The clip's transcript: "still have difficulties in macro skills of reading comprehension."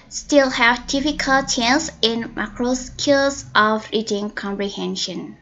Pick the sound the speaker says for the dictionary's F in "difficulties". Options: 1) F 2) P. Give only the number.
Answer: 2